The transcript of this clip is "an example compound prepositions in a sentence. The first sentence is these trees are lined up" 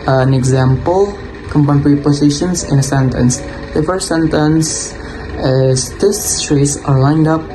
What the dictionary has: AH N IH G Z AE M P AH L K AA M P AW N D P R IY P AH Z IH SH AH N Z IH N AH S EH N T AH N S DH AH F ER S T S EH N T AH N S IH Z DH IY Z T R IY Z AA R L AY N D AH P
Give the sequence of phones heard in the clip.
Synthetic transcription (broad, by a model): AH N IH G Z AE M P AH L K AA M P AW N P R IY P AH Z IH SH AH N S IH N AH S EH N T AH N S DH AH F ER S T S EH N T AH N S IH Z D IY S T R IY S AA R L AY N D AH P